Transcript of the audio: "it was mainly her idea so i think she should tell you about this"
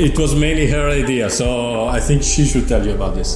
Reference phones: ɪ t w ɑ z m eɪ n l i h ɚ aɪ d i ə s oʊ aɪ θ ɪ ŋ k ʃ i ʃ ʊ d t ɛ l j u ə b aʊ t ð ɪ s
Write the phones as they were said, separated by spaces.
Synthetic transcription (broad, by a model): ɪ t w ɑ z m eɪ n l i h ɚ aɪ d i ə s oʊ aɪ θ ɪ ŋ k ʃ i ʃ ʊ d t ɛ l j u ə b aʊ t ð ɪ s